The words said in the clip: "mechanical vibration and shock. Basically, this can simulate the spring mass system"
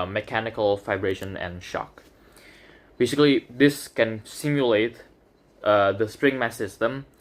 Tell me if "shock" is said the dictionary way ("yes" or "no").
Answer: yes